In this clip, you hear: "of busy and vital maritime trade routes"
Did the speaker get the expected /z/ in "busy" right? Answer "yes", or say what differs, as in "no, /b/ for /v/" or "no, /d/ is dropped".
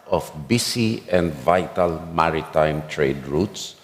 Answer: no, /s/ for /z/